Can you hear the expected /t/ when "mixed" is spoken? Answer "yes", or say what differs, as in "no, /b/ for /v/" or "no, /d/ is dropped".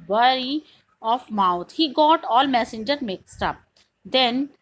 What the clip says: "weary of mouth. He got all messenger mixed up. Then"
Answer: yes